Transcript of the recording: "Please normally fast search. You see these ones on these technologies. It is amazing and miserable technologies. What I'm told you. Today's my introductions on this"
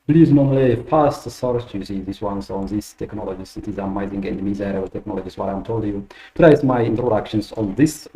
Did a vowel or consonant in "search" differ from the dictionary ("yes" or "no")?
yes